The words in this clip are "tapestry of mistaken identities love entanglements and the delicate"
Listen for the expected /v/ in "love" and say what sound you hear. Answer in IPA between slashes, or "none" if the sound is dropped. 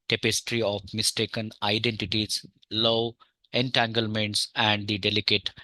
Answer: none